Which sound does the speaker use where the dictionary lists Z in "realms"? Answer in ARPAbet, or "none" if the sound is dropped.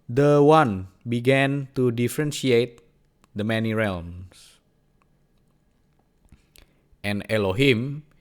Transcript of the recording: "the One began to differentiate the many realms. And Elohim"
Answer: S